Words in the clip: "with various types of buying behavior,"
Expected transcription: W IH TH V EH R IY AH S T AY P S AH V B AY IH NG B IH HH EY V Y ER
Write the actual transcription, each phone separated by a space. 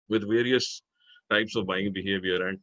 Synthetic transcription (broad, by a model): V IH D V EH R IY AH S T AY P S AH V B AY IH NG B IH HH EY V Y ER